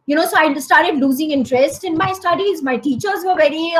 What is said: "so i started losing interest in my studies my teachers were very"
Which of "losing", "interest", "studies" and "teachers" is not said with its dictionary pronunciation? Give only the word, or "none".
none